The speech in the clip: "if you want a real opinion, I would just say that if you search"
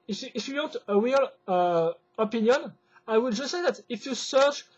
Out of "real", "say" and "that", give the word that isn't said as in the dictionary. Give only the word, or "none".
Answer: real